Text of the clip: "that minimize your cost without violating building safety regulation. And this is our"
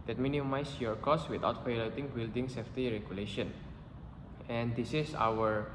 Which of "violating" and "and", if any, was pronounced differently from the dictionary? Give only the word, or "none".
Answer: violating